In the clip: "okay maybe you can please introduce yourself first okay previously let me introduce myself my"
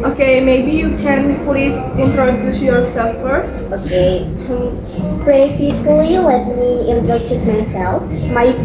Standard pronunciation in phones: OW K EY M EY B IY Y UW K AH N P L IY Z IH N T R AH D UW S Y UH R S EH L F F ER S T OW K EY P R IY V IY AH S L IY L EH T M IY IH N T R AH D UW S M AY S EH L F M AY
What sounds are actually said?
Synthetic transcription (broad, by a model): OW K EY M EY B IY Y UW K AH N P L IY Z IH N T R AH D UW S Y UH R S EH L F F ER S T OW K EY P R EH F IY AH L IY L EH T M IY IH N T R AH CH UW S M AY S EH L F M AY